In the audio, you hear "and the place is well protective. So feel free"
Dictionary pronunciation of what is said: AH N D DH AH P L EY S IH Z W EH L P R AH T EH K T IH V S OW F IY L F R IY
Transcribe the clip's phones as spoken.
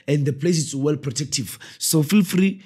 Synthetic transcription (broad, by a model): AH N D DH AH P L EY S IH S W EH L P R AH T EH K T IH V S OW F IY L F R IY